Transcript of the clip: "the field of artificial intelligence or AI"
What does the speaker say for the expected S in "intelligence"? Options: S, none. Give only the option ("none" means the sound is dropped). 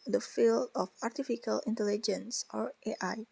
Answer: S